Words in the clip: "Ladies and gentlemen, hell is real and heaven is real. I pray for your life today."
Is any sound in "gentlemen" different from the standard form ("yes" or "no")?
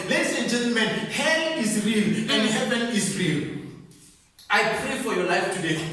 no